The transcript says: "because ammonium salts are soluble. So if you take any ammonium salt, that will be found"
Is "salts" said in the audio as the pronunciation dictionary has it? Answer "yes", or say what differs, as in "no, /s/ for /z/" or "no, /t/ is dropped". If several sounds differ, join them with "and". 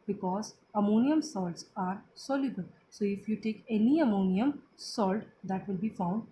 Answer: yes